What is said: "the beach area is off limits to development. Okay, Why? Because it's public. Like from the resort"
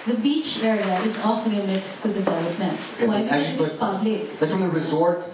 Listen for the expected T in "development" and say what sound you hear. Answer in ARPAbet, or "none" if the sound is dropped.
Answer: T